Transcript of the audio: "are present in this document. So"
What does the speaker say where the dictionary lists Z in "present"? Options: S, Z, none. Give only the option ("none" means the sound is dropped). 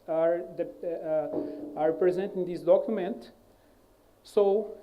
Z